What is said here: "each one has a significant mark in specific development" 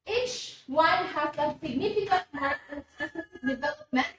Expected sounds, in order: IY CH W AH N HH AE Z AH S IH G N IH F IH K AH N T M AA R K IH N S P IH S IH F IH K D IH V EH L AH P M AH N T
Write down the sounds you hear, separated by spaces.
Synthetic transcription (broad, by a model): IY CH W AH N HH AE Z AH S IH G N IH F IH K AH N T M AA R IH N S IH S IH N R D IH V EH L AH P M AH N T